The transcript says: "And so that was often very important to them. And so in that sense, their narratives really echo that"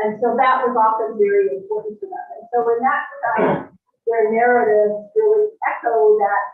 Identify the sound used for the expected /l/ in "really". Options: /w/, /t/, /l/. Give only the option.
/w/